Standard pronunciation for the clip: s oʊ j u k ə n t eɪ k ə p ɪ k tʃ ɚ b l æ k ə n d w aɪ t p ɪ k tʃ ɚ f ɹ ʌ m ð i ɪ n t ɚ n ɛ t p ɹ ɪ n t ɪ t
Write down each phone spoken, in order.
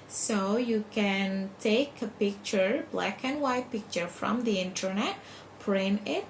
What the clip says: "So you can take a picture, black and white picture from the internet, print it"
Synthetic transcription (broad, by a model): s oʊ j u k ə n t eɪ k ə p ɪ k tʃ ɚ b l æ k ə n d w aɪ t p ɪ k tʃ ɚ f ɹ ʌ m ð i ɪ n t ɚ n ɛ t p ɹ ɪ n ɪ t